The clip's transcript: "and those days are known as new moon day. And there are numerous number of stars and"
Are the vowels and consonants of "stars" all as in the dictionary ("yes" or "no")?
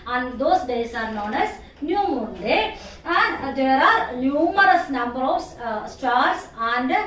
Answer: no